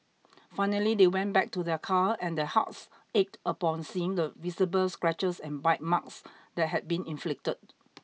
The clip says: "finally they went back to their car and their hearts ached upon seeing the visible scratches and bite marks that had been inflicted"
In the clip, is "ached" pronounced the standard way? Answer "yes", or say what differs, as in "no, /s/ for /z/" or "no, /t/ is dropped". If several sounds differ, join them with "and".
yes